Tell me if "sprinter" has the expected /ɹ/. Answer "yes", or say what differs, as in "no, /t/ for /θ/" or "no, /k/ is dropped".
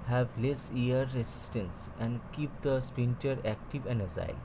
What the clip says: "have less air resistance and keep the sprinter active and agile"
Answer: no, /ɹ/ is dropped